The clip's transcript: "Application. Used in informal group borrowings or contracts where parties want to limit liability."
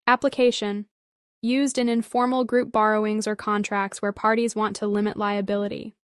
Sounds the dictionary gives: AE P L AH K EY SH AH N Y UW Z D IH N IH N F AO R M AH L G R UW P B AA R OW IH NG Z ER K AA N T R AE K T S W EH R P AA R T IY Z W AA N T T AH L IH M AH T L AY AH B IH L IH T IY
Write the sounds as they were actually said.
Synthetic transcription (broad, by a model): AE P L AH K EY SH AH N Y UW Z D IH N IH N F AO R M L G R UW P B AA R OW IH NG Z ER K AA N T R AE K T S W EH R P AA R T IY Z W AA N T T AH L IH M AH T L AY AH B IH L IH T IY